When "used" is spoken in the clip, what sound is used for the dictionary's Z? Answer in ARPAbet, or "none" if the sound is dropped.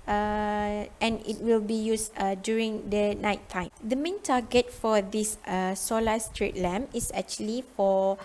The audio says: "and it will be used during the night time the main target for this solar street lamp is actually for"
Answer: S